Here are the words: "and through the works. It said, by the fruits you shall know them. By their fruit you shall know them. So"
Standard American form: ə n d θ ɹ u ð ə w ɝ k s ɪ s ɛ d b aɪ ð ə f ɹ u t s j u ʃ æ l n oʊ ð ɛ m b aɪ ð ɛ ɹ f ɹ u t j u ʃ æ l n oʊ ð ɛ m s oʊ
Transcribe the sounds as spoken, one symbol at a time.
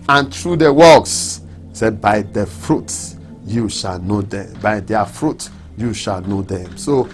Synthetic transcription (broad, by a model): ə n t ɹ u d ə w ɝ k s s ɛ b aɪ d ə f ɹ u t j u ʃ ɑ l n oʊ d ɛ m b aɪ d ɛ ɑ f ɹ u t j u ʃ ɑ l n oʊ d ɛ m s oʊ